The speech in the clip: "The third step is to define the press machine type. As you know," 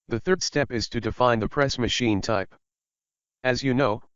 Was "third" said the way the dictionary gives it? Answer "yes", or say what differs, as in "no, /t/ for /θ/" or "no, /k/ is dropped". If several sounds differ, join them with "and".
yes